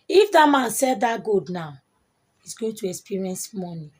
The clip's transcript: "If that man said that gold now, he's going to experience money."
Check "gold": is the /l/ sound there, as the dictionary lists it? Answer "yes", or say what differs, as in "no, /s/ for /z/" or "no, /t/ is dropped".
no, /l/ is dropped